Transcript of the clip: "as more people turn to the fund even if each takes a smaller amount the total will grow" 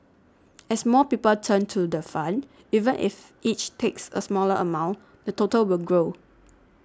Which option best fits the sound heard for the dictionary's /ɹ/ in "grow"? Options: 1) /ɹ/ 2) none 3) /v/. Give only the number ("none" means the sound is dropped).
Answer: 1